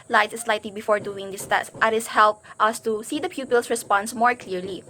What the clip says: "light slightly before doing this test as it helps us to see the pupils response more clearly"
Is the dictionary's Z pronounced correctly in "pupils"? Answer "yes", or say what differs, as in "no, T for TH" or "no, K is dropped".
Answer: no, S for Z